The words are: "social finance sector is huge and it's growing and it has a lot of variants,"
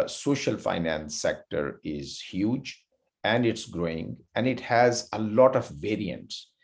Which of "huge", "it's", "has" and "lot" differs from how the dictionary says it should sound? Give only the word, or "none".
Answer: none